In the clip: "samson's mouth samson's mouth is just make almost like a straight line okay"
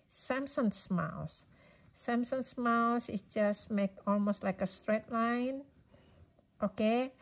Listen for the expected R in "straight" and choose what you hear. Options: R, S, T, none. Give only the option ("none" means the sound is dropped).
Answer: R